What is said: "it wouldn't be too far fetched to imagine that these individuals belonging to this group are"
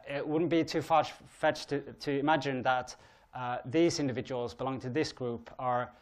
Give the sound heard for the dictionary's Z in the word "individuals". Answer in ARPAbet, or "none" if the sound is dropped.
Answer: Z